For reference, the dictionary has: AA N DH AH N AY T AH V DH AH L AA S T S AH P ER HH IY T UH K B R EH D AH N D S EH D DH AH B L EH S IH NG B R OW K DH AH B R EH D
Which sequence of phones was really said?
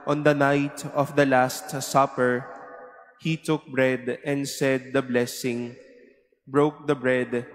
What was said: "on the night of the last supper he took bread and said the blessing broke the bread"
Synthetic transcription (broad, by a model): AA N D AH N AY T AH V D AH L AA S T S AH P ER HH IY T UH K B R EH D AH N D S EH D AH B L EH S IH NG B R OW K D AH B R EH D